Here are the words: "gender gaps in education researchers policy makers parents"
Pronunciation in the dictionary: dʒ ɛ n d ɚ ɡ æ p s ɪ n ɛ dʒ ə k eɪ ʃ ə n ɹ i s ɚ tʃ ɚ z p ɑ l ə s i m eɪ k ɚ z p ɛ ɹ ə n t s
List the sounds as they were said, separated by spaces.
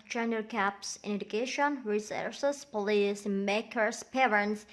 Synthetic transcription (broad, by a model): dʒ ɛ n d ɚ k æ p s ɪ n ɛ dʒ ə k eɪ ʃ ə n ɹ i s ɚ s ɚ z p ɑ l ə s m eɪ k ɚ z p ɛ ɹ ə n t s